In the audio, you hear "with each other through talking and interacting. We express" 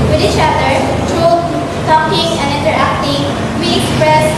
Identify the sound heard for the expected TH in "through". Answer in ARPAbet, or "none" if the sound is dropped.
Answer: T